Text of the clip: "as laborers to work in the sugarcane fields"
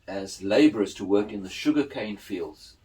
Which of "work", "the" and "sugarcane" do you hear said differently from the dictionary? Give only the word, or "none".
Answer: none